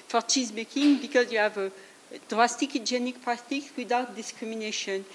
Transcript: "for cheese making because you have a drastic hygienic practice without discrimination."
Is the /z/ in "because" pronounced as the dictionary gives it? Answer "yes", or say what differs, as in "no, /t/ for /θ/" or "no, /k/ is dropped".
yes